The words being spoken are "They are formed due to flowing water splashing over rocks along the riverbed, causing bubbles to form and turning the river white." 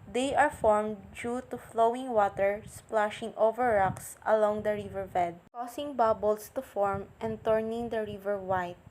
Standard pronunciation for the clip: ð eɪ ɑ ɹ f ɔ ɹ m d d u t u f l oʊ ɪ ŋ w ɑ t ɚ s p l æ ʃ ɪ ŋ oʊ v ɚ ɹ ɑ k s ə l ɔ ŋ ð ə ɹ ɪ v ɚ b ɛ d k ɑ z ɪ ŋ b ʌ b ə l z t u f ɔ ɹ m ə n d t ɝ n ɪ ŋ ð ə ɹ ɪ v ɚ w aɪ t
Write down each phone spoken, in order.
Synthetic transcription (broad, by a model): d eɪ ɑ ɹ f ɔ ɹ m d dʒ u t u f l oʊ ɪ ŋ w ɑ t ɚ s p l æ ʃ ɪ ŋ oʊ v ɚ ɹ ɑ k s ə l ɔ ŋ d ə ɹ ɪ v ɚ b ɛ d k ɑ s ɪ ŋ b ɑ b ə l s t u f ɔ ɹ m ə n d t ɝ n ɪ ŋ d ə ɹ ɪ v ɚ w aɪ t